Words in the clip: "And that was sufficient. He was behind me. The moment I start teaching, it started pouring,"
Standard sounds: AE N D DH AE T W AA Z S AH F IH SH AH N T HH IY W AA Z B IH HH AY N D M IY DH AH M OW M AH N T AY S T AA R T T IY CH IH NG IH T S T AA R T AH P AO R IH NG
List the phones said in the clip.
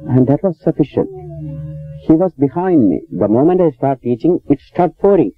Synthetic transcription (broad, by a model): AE N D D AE T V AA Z S AH F IH SH AH N T HH IY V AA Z B IH HH AY N D M IY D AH M OW M AH N T AY S T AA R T T IY CH IH NG IH T S T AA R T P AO R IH NG